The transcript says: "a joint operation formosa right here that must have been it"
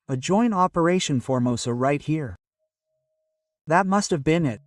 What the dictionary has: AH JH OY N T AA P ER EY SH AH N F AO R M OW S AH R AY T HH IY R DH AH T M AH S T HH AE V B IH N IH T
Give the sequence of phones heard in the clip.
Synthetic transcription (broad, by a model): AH JH OY N T AA P ER EY SH AH N F AO R M OW S AH R AY T HH IY R DH AH T M AH S T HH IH V B IH N IH T